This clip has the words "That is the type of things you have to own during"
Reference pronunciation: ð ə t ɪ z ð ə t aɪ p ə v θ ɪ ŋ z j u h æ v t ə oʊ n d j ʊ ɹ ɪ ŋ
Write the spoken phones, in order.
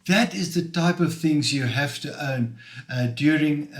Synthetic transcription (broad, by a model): ð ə t ɪ z ð ə t aɪ p ə v θ ɪ ŋ z j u h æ f t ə oʊ n d j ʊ ɹ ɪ ŋ